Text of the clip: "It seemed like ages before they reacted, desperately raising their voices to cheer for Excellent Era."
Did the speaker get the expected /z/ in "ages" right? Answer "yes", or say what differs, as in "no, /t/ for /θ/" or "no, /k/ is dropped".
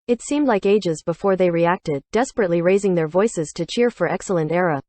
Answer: yes